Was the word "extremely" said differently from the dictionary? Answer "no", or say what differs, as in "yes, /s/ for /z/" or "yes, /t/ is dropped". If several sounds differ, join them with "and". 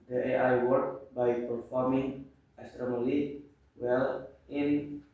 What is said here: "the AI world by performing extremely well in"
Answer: yes, /k/ is dropped